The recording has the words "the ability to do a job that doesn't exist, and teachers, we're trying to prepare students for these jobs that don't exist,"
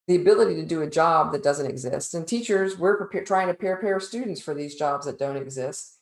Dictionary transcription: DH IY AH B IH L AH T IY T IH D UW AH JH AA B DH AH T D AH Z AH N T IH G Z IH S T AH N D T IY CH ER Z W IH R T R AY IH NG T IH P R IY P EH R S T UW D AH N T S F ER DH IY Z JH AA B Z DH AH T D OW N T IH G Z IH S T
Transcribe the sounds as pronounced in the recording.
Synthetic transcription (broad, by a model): DH IY AH B IH L AH T IY T IH D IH AH JH AA B DH AH T D AH Z AH N T IH G Z IH S T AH N T IY CH ER Z W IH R T R AY IH NG T IH P R P EH R S T UW D N T S F ER DH IY Z JH AA B Z DH AH T D OW N T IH G Z IH S T